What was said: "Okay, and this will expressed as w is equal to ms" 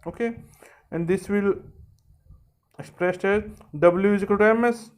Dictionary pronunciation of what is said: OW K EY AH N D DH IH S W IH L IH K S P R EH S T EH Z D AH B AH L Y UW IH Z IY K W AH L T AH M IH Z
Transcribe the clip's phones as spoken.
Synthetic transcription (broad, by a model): OW K EY AH N D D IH S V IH L IH K S P R EH S T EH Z D AH B AH L Y UW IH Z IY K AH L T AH M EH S